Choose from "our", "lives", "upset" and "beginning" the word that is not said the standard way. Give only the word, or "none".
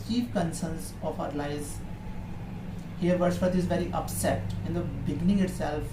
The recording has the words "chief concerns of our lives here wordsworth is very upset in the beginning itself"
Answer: lives